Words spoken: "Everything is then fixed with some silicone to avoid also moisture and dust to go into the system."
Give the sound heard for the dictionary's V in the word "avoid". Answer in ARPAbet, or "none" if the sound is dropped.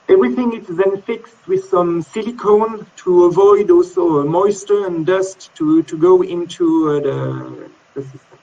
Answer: V